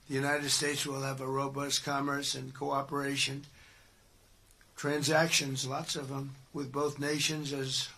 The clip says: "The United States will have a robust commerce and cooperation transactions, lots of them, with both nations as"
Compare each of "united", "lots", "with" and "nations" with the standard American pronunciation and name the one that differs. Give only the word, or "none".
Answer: none